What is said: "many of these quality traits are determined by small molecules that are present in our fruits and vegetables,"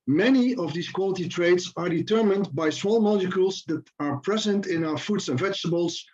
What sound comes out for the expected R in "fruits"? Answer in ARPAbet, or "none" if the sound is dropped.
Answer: none